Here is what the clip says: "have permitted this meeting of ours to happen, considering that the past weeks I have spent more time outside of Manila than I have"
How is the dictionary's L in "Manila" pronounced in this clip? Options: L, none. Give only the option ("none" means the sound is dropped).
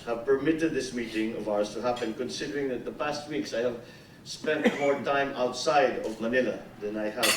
L